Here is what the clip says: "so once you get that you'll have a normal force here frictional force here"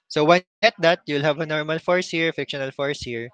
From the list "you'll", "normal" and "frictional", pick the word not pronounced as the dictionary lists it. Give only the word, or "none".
frictional